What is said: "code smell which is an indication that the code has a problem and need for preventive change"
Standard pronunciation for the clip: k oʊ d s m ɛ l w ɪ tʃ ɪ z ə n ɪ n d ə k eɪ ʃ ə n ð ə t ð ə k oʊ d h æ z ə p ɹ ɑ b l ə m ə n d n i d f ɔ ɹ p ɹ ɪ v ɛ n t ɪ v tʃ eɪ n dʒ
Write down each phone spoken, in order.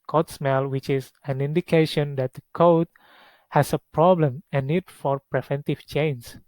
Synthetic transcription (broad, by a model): k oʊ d s m ɛ l w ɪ tʃ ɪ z ə n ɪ n d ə k eɪ ʃ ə n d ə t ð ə k oʊ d h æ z ə p ɹ ɑ b l ə m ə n n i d f ɔ ɹ p ɹ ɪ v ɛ n t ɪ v tʃ eɪ n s